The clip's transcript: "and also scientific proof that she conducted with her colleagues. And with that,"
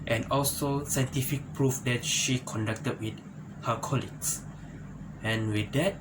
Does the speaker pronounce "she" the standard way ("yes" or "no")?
yes